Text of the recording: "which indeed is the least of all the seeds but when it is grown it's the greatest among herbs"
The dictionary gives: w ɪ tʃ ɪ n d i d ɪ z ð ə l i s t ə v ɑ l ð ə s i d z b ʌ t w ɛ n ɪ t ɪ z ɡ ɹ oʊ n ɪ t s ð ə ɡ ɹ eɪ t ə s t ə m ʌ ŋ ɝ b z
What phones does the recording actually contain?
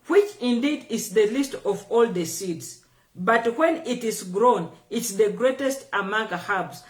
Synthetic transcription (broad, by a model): w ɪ tʃ ɪ n d i d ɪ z ð ə l i s t ə v ɑ l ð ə s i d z b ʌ t w ɛ n ɪ t ɪ z ɡ ɹ oʊ n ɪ t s ð ə ɡ ɹ eɪ t ə s t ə m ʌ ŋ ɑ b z